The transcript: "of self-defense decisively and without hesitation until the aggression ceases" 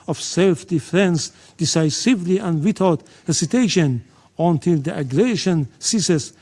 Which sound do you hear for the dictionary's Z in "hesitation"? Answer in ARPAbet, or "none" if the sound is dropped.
S